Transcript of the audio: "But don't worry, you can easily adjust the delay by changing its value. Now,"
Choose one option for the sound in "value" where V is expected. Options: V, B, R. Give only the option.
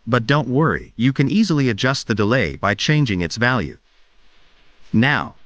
V